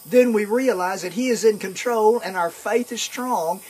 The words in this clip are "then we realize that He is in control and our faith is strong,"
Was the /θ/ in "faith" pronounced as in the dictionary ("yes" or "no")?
yes